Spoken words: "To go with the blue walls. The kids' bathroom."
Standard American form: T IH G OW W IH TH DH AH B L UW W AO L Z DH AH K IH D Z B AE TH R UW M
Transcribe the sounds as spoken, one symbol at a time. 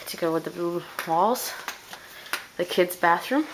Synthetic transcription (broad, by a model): T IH G OW W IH DH AH B L UW W AO L Z DH AH K IH D Z B AE TH R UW M